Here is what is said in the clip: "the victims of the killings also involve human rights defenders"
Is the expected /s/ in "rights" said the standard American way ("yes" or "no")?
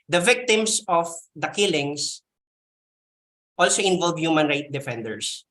no